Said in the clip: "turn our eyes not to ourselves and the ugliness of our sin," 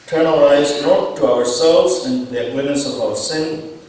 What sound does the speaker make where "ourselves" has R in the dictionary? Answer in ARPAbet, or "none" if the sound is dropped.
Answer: R